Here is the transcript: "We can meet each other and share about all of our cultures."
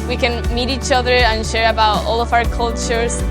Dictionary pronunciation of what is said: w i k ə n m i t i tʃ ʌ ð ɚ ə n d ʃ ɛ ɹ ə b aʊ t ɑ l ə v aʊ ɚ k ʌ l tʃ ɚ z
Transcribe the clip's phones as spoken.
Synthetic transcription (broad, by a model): w i k ə n m i t i tʃ ʌ ð ɚ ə n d ʃ ɛ ɹ ə b aʊ t ɑ l ə v aʊ ɚ k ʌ l tʃ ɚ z